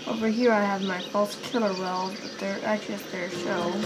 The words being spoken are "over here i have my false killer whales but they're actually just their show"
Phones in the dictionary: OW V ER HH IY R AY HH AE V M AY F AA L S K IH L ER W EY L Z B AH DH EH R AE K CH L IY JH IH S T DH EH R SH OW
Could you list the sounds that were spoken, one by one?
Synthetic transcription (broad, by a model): OW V ER HH IY R AY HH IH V M AY F AA L S K IH L ER W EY L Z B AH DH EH R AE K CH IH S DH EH R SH OW